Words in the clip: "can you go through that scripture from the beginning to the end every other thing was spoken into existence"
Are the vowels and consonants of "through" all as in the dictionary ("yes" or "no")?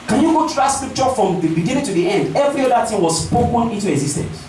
no